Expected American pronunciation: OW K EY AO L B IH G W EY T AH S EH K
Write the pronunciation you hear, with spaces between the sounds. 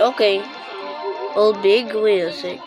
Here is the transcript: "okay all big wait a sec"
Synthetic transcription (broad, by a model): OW K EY AO L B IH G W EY AH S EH